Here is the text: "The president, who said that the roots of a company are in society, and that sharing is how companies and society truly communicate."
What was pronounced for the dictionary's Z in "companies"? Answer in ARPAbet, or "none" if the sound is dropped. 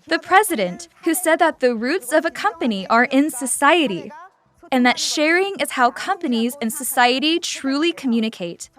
Z